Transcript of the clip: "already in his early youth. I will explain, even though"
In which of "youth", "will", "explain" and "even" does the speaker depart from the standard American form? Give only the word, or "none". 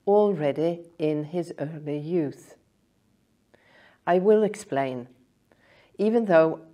none